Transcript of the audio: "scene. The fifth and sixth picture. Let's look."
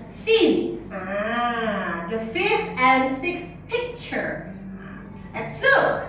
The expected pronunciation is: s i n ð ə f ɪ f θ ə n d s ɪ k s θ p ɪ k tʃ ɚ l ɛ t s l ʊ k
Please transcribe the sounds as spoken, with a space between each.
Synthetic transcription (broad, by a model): s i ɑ ð ə f ɪ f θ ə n s ɪ k s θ p ɪ k tʃ ɚ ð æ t s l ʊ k